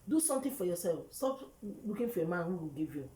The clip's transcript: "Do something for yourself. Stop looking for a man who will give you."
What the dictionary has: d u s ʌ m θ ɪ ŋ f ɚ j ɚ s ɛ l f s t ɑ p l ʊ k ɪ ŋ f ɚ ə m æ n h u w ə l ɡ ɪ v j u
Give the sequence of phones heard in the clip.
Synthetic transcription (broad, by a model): d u s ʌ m t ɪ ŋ f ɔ j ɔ s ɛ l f s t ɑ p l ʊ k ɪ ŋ f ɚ ə m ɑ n h u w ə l ɡ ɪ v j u